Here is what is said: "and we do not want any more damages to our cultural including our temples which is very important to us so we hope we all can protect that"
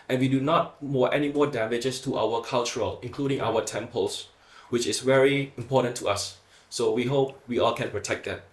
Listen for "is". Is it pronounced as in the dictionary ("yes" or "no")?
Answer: no